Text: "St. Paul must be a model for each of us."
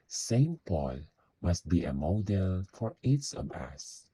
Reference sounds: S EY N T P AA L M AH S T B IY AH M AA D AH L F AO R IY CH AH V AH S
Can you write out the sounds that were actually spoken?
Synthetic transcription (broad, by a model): S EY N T P AA L M AH S T B IY AH M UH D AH L F AO R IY S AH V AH S